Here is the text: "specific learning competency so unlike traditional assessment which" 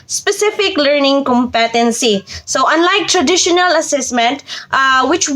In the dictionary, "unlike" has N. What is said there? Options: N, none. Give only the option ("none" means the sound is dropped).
N